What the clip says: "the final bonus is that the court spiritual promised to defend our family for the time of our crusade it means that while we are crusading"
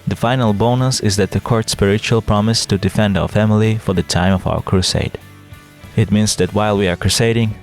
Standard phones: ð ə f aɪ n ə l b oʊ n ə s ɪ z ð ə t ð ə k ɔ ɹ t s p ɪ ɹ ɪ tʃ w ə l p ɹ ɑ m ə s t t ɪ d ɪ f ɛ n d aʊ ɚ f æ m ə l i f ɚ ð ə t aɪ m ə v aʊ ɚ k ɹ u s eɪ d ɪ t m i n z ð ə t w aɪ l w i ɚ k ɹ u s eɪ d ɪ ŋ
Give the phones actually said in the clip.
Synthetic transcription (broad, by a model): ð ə f aɪ n ə l b oʊ n ə s ɪ z ð ə t ð ə k ɔ ɹ t s p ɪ ɹ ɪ tʃ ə l p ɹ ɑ m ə s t t ɪ d ɪ f ɛ n d aʊ ɚ f æ m ə l i f ɚ ð ə t aɪ m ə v aʊ ɚ k ɹ u s eɪ d ɪ t m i n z ð ə t w aɪ l w i ɚ k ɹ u s eɪ d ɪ ŋ